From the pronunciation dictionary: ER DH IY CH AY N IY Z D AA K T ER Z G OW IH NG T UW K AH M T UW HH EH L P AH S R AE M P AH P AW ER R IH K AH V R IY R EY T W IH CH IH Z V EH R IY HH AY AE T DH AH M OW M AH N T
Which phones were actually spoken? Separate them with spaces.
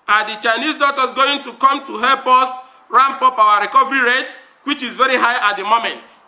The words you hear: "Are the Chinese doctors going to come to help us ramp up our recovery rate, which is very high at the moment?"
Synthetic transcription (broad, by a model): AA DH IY CH AY N IY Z D AA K T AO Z G OW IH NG T UW K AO M T UW HH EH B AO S R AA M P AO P AW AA R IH K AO V R IY R EY T W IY CH IH Z V EH R IY HH AY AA T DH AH M OW M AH N T